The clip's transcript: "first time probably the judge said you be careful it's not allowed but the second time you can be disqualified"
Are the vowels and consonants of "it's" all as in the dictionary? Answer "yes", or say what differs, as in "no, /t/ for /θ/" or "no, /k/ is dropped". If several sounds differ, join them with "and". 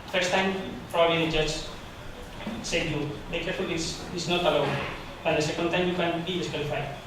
no, /s/ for /t/